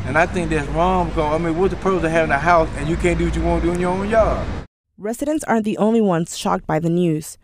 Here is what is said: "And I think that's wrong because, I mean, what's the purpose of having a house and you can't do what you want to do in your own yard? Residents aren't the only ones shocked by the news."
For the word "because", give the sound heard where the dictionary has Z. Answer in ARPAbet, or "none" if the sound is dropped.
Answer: none